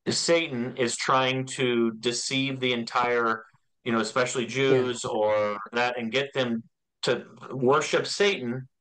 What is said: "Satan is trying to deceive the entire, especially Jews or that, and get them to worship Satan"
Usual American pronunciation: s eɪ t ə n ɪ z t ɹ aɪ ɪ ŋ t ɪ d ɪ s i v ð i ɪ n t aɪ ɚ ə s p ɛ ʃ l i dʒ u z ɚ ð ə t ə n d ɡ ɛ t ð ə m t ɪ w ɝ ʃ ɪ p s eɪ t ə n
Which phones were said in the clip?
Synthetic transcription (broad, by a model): s eɪ t n ɪ z t ɹ aɪ ɪ ŋ t ɪ d ɪ s i v ð i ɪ n t aɪ ɚ ə s p ɛ ʃ l i dʒ u z ɚ ð ə t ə n ɡ ɛ t ð ə m t ɪ w ɝ ʃ ɪ p s eɪ t n